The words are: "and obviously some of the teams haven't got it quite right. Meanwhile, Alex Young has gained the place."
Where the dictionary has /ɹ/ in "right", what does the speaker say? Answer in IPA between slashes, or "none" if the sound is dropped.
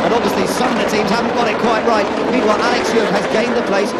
/ɹ/